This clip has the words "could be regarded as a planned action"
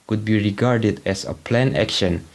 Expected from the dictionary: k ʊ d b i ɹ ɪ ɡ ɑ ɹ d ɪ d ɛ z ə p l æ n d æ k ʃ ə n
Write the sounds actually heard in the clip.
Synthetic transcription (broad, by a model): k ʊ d b i ɹ ɪ ɡ ɑ ɹ d ɪ d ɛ s ə p l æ n æ k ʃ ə n